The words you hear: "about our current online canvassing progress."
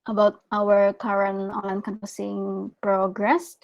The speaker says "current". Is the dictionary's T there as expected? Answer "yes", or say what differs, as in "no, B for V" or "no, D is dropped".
no, T is dropped